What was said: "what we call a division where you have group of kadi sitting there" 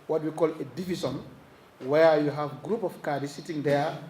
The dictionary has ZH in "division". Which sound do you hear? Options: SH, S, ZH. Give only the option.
S